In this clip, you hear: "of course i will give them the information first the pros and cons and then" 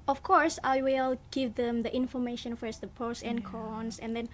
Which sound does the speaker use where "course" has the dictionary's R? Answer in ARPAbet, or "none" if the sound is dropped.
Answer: R